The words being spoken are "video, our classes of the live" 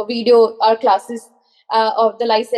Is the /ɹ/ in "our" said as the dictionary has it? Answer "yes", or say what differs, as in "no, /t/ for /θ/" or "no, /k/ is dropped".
yes